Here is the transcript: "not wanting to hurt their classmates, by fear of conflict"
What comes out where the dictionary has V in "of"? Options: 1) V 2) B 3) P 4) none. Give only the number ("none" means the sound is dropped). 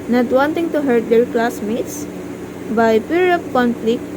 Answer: 3